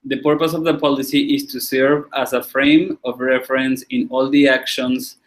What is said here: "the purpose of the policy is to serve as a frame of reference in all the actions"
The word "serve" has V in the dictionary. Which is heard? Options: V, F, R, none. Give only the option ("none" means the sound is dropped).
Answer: V